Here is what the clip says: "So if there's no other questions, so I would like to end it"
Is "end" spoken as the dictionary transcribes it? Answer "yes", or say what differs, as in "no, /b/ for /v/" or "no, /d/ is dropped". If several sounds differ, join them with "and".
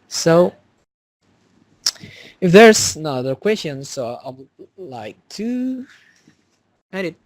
no, /n/ is dropped